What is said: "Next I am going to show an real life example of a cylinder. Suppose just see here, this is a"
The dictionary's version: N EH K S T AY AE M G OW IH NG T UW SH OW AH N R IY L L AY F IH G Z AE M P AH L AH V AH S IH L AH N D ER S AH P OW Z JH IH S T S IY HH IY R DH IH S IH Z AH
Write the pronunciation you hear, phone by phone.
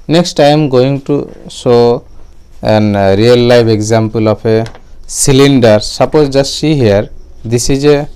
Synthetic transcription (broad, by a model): N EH K S T AY M G OW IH NG T UW S OW AH N R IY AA L AY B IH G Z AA M P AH L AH P AH S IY L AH N D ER S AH P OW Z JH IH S S IY HH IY R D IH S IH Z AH